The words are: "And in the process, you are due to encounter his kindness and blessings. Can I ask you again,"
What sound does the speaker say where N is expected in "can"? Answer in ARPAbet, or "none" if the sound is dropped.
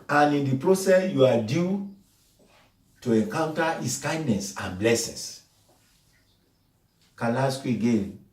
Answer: L